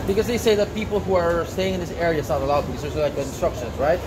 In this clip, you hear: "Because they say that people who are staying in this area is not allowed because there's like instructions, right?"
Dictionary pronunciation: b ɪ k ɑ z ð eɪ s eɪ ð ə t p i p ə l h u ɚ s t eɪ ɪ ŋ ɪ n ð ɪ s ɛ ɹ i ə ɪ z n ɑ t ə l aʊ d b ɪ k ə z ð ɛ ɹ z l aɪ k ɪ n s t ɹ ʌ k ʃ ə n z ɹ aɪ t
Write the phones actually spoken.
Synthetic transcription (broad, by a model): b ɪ k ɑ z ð eɪ s eɪ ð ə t p i p ə l h u ɚ s t eɪ ɪ ŋ ɪ n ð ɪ s ɛ ɹ i ə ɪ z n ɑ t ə l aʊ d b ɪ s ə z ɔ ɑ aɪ ɪ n s t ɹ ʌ k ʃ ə n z ɹ aɪ t